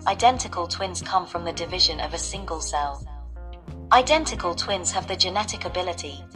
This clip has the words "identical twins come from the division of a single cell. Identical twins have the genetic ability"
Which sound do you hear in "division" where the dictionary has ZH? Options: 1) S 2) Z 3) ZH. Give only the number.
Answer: 3